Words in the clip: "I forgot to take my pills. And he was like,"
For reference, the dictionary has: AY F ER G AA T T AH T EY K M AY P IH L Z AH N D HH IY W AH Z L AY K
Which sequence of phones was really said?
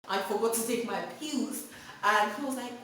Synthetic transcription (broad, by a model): AY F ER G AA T T AH T EY K M AY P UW Z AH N HH IY W AH Z L AY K